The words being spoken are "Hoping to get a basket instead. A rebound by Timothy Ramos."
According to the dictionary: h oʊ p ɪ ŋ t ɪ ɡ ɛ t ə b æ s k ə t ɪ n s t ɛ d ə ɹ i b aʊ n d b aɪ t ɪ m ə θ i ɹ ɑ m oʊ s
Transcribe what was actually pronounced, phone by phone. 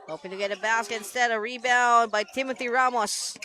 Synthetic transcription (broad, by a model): h oʊ p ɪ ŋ t ɪ ɡ ɛ t ə b æ s k ə t ɪ n s t ɛ d ə ɹ i b aʊ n b aɪ t ɪ m ə θ i ɹ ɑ m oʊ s